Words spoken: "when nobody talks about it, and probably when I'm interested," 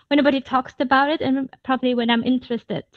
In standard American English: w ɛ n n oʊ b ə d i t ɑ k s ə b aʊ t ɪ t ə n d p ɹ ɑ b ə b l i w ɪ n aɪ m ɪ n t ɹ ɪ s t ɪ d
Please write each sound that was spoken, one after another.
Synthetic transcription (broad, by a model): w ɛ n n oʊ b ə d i t ɑ k s ə b aʊ t ɪ t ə n p ɹ ɑ b ə b l i w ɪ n aɪ m ɪ n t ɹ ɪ s t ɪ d